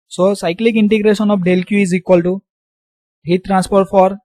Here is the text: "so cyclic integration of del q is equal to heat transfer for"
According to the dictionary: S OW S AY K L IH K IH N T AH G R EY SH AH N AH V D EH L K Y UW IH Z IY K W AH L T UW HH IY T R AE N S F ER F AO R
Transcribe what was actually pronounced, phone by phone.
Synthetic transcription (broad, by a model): S OW S AY K L IH K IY N T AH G R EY S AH N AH P D EH L K Y UW IH Z IY K W AH L T UW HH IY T R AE N S P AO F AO R